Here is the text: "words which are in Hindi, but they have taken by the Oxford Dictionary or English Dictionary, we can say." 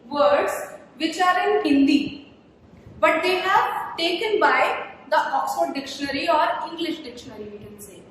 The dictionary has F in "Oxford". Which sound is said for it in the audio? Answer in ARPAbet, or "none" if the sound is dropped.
none